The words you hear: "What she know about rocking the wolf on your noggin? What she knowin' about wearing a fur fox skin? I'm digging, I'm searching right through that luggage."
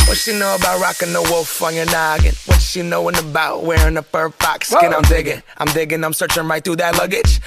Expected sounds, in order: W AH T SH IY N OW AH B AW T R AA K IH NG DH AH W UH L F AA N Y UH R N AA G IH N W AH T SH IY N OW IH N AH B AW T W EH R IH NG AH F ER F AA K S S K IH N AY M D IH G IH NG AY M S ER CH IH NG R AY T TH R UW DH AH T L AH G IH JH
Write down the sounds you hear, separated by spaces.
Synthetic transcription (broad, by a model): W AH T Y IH N OW AH B AW T R AA K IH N DH AH W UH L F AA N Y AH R N AA G IH N W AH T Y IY N OW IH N AH B AW T W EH R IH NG AH P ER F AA K S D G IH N AY M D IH G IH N AY M S ER CH IH NG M AY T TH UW DH AH T L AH G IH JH